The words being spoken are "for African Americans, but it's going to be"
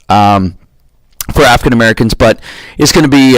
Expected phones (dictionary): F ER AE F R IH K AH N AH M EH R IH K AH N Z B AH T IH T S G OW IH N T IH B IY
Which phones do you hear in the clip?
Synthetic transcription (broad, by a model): F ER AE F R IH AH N AH M EH R IH K AH N Z B AH T IH T S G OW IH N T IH B IY